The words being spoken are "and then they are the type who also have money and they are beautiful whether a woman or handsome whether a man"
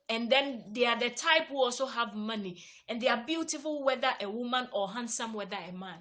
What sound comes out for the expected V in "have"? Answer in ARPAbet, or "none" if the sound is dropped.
V